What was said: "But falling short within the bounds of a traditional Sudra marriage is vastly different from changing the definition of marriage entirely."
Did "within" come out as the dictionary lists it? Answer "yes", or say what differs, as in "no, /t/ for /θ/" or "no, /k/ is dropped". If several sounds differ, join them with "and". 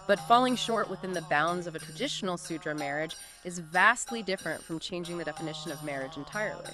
yes